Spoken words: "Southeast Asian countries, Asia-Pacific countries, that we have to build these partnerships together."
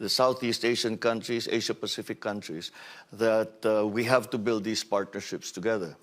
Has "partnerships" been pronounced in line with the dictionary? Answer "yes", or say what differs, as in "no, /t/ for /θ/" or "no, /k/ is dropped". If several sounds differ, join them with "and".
yes